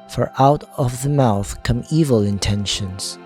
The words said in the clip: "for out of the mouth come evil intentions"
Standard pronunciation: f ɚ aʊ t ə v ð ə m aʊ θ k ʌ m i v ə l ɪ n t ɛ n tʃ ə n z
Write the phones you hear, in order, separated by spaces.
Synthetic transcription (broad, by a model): f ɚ aʊ t ə v ð ə m aʊ θ k ʌ m i v ə l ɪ n t ɛ n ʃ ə n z